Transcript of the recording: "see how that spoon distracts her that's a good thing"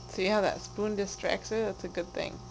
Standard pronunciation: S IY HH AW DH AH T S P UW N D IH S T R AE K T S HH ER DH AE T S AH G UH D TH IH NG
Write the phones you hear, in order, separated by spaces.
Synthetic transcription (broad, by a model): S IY HH AW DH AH T S P UW N D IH S T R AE K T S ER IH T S AH G UH D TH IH NG